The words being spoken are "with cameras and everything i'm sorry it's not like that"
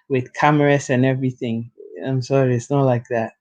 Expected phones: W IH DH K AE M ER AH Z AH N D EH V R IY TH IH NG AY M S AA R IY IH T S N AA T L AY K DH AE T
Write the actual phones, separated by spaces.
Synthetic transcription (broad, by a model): W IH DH K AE M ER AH S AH N EH V R IY TH IH NG AY M S AA R IY IH T S N AA T L AY K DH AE T